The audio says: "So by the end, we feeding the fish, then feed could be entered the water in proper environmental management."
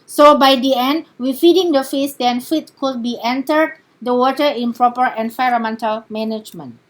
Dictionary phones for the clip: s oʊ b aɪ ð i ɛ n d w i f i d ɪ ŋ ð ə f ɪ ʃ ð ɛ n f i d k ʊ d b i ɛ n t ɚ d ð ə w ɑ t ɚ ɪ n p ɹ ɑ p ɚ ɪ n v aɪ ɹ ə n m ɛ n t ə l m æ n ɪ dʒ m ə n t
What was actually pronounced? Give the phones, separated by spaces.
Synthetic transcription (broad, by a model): s oʊ b aɪ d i ɛ n d w i f i d ɪ ŋ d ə f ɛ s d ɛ n f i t k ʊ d b i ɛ n t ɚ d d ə w ɑ t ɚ ɪ n p ɹ ɑ p ɚ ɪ n f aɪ ɹ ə m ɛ n t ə l m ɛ n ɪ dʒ m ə n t